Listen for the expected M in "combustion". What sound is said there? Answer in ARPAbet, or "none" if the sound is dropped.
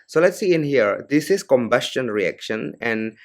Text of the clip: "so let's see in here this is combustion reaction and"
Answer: M